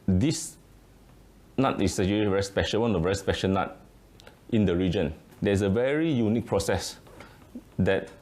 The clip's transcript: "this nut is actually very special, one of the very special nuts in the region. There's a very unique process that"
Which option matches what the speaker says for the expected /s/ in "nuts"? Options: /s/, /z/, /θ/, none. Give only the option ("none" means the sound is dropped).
none